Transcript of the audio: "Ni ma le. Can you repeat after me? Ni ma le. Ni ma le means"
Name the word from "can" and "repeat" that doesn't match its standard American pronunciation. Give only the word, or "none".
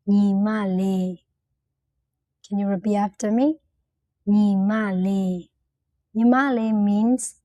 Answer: repeat